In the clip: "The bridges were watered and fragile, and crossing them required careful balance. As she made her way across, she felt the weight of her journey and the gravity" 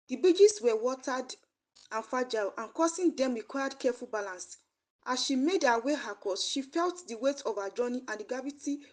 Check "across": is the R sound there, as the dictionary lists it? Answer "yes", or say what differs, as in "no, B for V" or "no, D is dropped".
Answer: no, R is dropped